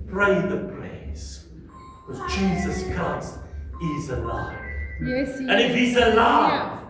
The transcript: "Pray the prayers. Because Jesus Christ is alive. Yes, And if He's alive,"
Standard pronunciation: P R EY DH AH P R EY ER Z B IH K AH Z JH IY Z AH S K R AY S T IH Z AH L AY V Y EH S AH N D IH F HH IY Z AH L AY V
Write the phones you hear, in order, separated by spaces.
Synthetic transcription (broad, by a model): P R EY DH AH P L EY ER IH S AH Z JH IY Z AH S K R AY S T IH Z AH L AY V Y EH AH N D IH F HH IY Z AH L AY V